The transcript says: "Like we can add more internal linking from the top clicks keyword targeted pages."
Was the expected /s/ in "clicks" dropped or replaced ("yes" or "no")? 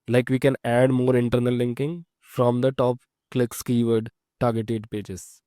no